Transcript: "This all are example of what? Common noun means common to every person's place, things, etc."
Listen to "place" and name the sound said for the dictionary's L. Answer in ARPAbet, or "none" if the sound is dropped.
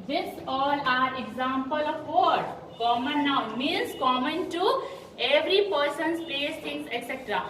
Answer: none